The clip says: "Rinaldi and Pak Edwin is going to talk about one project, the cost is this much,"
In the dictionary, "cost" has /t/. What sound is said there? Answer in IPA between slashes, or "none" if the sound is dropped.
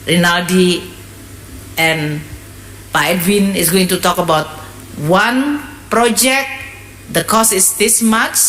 none